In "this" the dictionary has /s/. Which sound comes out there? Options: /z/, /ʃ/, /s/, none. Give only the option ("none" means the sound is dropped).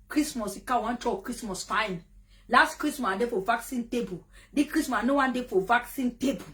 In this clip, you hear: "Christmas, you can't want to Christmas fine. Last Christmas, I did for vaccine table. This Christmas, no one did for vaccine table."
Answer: none